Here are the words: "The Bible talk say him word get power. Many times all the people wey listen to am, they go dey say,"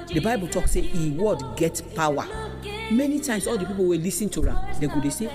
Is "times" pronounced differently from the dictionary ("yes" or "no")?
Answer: yes